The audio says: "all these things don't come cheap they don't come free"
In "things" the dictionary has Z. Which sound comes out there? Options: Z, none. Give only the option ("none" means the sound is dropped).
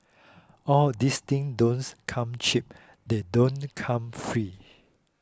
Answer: none